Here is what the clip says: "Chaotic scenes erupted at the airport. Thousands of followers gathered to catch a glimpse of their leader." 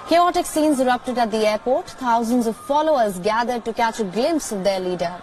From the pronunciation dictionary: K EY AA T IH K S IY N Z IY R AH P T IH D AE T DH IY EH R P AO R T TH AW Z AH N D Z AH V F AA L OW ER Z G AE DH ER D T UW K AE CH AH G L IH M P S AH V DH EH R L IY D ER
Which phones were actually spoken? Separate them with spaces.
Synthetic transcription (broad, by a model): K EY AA T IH K S IY N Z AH R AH P T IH D AE T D IY EH R P AO R T T AW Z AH N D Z AH V F AA L OW ER Z G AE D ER D T UW K AE CH AH G L IH M P S AH V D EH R L IY D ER